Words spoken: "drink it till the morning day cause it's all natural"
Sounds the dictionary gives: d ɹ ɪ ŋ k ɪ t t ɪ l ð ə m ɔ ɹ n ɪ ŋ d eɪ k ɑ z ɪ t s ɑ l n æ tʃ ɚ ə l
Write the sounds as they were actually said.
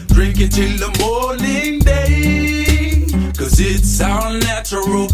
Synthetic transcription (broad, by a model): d ɹ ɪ ŋ k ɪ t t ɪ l ð ə m ɔ ɹ n ɪ ŋ d eɪ k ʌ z ɪ t s ɑ n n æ tʃ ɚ l